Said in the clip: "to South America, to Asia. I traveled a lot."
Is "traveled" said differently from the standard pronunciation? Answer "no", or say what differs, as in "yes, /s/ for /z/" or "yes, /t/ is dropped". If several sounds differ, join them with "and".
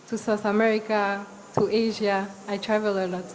yes, /d/ is dropped